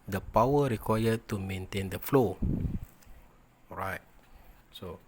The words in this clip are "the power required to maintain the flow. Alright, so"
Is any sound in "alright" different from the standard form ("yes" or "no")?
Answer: yes